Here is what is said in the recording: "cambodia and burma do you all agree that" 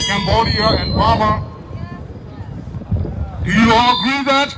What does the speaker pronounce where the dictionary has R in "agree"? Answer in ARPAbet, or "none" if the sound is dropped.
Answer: none